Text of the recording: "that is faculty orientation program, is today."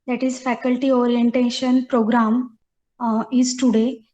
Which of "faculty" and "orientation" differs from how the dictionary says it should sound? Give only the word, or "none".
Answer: none